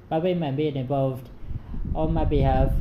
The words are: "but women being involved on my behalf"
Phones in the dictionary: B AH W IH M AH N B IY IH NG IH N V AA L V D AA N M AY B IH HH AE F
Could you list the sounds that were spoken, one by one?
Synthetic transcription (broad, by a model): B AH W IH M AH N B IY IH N IH N V AA L V D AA L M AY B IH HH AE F